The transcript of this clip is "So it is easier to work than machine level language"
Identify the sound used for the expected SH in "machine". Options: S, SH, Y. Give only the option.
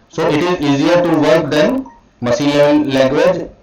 S